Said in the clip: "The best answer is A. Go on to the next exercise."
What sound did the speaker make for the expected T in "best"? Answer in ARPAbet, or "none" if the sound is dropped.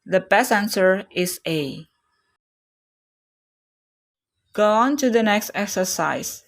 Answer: none